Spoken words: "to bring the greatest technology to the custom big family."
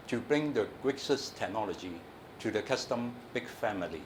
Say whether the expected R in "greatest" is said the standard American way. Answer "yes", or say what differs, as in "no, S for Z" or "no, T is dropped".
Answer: no, W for R